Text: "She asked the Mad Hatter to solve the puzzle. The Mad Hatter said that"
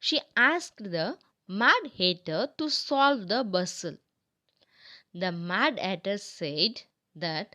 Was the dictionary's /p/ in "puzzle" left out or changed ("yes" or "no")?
yes